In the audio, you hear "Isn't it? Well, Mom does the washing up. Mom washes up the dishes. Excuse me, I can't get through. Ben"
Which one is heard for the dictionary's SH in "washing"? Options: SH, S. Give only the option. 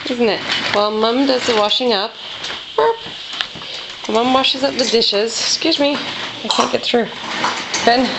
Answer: SH